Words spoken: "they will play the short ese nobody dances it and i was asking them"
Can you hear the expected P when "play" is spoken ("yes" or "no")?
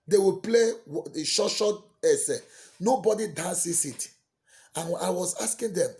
yes